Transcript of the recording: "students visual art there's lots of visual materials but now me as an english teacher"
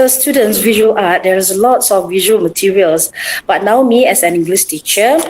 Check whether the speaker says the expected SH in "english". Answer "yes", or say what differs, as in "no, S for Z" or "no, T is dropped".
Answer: no, S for SH